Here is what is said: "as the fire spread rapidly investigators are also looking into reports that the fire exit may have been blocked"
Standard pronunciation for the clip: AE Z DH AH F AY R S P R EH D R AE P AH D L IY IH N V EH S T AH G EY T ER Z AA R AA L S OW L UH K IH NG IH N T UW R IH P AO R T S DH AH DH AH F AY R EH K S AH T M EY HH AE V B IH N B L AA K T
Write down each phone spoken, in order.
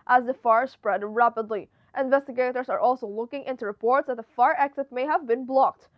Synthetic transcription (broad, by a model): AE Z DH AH F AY R S P R EH D R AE P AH D L IY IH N V EH S T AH G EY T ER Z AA R AA L S OW L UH K IH NG IH N T UW R IH P AO R T S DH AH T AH F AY R EH K S AH T M EY HH AE V B IH N B L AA K T